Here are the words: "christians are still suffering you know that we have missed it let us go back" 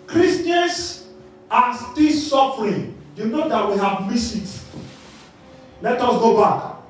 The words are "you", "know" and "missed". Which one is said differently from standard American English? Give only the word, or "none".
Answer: missed